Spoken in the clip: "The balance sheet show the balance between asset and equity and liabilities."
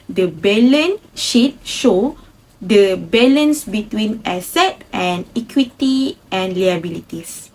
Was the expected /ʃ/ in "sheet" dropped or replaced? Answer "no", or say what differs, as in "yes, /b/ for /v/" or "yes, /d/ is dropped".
no